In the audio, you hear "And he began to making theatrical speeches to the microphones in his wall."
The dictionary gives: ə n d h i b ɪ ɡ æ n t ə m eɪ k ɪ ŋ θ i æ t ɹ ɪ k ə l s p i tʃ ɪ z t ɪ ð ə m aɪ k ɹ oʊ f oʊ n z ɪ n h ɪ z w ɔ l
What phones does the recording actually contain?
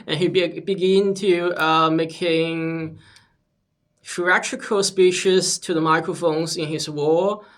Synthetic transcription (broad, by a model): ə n h i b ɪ ɡ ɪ n t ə m eɪ k ɪ ŋ f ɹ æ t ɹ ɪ k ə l s p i ʃ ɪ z t ɪ ð ə m aɪ k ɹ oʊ f oʊ n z ɪ n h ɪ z w ɔ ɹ